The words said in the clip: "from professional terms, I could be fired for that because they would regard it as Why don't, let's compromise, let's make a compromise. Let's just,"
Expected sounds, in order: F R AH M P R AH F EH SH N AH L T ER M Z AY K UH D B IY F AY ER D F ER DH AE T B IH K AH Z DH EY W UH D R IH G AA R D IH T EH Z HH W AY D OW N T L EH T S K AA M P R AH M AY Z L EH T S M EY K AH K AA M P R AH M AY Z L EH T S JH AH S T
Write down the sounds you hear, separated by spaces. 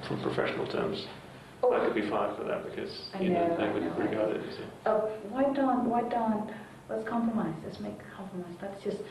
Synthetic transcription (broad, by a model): F R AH M P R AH F EH SH N L T ER M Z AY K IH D B IY F AY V F ER DH AE T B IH K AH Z DH EY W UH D R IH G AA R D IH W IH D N W AY D OW N T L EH T S K AA M P R AH M AY Z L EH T S M EY AH K AA M P R AH M AY Z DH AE T S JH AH S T